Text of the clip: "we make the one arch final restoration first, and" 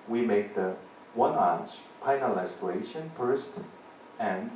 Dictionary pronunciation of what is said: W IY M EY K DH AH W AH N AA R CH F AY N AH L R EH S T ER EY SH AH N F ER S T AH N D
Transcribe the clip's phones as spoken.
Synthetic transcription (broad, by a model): W IY M EY K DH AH W AH N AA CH P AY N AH L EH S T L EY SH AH N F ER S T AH N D